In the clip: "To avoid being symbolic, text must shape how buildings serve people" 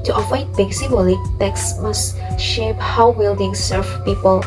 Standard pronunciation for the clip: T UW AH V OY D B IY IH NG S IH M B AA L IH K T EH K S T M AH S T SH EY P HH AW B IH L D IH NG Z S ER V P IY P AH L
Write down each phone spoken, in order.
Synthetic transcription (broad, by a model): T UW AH F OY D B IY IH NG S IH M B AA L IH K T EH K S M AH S SH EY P HH AW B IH L D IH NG S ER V P IY P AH L